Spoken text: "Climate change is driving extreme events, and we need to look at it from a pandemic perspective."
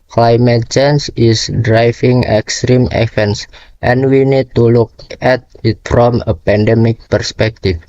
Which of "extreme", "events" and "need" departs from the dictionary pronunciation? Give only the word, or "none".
events